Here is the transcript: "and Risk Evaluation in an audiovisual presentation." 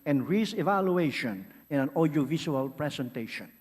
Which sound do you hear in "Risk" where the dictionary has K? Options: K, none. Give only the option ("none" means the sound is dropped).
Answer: none